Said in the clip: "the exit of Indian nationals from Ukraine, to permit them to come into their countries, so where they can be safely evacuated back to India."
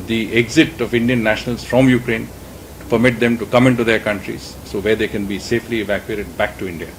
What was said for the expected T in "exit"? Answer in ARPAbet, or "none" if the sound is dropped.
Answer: T